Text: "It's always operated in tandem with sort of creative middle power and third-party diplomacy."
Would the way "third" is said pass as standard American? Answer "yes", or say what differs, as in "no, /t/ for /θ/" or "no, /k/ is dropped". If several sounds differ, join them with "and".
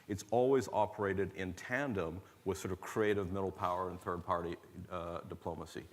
yes